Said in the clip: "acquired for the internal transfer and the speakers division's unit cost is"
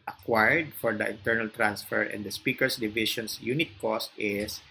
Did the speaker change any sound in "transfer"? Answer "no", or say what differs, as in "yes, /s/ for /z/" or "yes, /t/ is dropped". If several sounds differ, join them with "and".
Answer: no